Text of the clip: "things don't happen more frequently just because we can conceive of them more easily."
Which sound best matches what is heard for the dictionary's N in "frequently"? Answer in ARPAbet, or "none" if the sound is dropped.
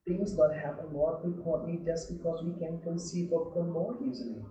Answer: none